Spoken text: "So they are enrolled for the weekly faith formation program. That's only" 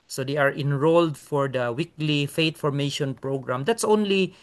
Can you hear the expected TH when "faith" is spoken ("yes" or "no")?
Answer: no